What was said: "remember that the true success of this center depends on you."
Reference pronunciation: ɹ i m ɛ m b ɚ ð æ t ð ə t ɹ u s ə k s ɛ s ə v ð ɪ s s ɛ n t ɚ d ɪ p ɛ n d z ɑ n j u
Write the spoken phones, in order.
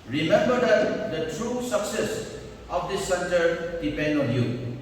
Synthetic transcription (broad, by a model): ɹ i m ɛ m b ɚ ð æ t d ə t ɹ u s ə k s ɛ s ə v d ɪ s s ɛ n t ɚ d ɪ p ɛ n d ɑ n j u